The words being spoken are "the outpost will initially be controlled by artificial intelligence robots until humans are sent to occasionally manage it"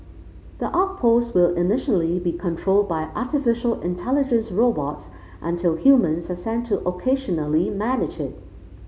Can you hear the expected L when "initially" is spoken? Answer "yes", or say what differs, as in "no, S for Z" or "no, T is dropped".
yes